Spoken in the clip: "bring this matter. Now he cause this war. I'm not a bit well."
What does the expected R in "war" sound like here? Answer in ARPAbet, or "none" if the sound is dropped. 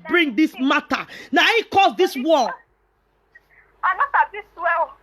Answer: L